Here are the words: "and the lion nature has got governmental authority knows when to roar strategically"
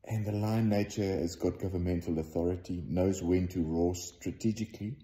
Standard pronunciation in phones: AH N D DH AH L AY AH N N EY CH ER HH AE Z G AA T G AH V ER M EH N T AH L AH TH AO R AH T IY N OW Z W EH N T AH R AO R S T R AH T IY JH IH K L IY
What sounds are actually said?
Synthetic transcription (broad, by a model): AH N DH AH L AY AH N N EY CH ER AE Z G AA T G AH V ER M EH N T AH L AH TH AO R AH T IY N OW Z W EH N T AH R AO S T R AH T IY JH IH K L IY